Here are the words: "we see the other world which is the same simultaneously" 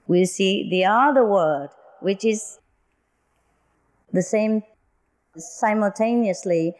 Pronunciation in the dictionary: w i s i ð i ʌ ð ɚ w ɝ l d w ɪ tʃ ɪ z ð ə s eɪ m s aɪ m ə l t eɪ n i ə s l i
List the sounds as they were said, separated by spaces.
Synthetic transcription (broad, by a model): w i s i ð i ʌ ð ɚ w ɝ d w ɪ tʃ ɪ z ð ə s eɪ m s aɪ m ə l t eɪ n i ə s l i